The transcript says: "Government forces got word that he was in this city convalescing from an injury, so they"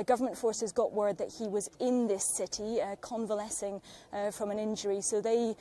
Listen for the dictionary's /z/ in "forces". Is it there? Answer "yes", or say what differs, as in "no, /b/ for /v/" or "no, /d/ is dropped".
yes